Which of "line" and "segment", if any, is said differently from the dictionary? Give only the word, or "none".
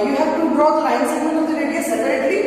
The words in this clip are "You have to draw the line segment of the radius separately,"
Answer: segment